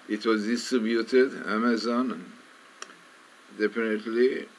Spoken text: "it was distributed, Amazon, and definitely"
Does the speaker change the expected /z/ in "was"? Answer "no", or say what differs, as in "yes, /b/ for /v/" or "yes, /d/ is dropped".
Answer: no